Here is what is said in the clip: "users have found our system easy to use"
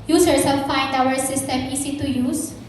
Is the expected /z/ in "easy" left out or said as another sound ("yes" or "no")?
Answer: yes